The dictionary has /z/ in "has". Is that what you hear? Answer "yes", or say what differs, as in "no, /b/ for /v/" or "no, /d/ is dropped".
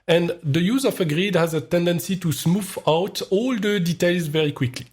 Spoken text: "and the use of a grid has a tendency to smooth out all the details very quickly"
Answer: yes